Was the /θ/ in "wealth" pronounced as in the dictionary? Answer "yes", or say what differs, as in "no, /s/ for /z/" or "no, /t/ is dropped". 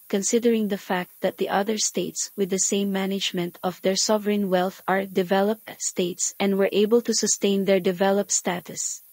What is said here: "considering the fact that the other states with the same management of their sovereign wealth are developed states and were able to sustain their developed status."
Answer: yes